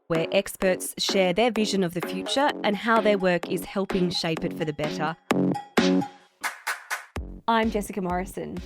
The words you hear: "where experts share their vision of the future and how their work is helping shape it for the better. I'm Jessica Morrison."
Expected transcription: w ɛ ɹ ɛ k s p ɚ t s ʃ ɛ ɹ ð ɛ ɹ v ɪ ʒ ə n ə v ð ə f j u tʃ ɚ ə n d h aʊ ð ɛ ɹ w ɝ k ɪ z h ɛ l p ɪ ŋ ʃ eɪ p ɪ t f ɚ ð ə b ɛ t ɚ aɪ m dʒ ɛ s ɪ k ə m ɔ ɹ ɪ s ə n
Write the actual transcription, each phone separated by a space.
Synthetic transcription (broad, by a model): w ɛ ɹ ɛ k s p ɚ t s ʃ ɛ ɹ ð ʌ ɹ v ɪ ʒ ə n ə v ð ə f j u tʃ ɚ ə n h aʊ ð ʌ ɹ w ɝ k ɪ z h ɛ l p ɪ ŋ ʃ eɪ p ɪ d f ɚ ð ə b ɛ t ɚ aɪ m dʒ ɛ s ɪ k ə m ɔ ɹ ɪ s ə n